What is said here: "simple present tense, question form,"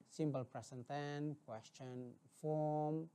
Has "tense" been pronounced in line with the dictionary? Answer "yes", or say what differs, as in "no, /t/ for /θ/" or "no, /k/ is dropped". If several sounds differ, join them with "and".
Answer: no, /s/ is dropped